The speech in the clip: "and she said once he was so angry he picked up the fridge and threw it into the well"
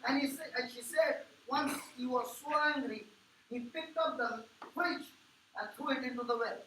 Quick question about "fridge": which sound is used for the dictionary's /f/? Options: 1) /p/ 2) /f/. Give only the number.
1